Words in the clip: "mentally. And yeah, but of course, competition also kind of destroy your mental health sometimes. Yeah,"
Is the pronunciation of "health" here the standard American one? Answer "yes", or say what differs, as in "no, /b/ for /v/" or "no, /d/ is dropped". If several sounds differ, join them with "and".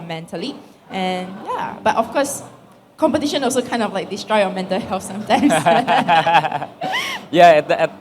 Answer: no, /f/ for /θ/